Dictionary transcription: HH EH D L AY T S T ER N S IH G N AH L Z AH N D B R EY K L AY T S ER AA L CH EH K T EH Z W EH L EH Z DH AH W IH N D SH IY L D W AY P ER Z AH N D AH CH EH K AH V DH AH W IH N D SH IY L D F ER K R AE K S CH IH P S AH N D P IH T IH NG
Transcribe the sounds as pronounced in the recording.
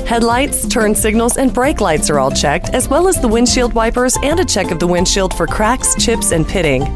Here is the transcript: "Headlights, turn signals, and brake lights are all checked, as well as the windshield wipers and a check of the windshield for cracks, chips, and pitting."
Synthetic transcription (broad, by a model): HH EH D L AY T S T ER N S IH G N L Z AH N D B R EY K L AY T S ER AA L CH EH K T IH Z W EH L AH Z DH AH W IH N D SH IY L D W AY P ER Z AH N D AH CH EH K AH V DH AH W IH N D SH IY L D F ER K R AE K S CH IH P S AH N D P IH T IH NG